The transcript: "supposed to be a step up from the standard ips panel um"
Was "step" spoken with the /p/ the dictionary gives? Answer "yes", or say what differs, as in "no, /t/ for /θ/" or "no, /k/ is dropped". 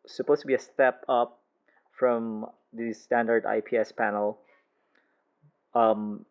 yes